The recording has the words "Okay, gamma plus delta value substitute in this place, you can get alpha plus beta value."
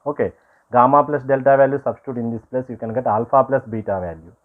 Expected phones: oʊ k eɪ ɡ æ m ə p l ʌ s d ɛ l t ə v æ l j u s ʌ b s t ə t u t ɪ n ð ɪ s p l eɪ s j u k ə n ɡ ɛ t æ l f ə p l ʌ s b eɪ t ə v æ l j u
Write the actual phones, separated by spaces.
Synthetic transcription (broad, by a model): oʊ k eɪ ɡ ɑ m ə p l ʌ s d ɛ l t ə v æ l j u s ʌ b s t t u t ɪ n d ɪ s p l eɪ s j u k ə n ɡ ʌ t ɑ l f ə p l ʌ s b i t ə v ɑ l j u